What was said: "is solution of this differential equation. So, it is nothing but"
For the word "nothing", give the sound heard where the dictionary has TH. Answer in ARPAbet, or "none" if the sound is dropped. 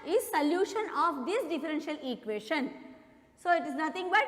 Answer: T